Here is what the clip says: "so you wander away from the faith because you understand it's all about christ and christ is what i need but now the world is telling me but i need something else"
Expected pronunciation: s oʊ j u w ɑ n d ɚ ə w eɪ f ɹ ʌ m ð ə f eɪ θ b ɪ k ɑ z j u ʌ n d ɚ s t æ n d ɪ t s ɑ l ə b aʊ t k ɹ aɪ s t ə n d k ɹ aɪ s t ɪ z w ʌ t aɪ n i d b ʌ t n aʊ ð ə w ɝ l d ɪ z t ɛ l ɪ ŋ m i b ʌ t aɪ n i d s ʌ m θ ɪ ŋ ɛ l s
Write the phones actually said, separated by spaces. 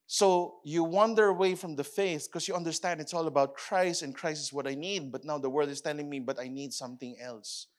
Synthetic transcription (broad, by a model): s oʊ j u w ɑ n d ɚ ə w eɪ f ɹ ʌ m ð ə f eɪ θ k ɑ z j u ʌ n d ɚ s t æ n d ɪ t s ɑ l ə b aʊ t k ɹ aɪ s t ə n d k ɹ aɪ s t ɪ s w ʌ t aɪ n i d b ʌ t n aʊ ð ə w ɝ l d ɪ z t ɛ l ɪ ŋ m i b ʌ t aɪ n i d s ʌ m θ ɪ ŋ ɛ l s